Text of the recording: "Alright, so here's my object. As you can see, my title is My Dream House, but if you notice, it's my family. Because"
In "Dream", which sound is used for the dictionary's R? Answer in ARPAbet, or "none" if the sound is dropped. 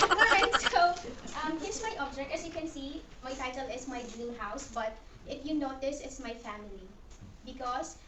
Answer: none